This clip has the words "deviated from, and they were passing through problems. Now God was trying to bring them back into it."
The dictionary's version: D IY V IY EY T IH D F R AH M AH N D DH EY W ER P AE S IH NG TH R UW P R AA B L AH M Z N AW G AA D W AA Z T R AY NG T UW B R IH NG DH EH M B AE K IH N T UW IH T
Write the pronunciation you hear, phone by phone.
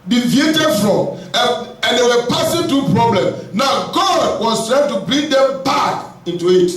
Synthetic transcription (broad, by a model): D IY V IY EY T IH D F R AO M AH N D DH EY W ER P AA S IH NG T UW P R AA B L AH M N AW G AA D W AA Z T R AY T UW B R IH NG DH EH M B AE K IH N T UW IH T